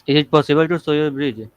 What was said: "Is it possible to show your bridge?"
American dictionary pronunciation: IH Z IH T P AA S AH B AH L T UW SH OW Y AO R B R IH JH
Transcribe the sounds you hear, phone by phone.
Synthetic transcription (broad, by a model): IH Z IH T P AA S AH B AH L T UW S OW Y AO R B R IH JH